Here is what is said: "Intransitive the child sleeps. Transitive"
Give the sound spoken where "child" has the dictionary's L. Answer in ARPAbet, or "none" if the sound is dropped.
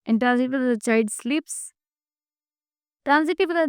none